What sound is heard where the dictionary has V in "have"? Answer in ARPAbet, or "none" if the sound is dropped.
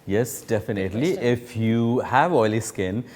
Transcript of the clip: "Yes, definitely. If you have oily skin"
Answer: V